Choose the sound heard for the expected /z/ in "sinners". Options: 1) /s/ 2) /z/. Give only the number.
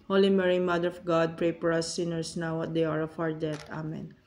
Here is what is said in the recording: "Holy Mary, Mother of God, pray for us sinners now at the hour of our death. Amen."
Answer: 1